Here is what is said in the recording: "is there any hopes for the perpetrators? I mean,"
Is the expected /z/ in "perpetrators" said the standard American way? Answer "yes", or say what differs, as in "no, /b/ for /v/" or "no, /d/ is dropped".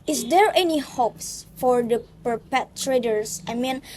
no, /s/ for /z/